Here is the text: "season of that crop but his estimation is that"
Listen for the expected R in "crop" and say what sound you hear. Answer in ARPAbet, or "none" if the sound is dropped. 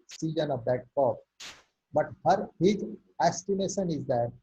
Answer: none